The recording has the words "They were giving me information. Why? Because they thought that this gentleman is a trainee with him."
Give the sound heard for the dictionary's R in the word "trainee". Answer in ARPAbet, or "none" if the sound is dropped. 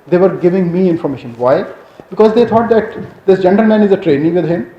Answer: R